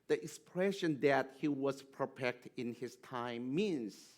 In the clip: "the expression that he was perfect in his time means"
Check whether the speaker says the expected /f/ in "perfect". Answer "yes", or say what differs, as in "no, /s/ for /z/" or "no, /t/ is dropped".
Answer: no, /p/ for /f/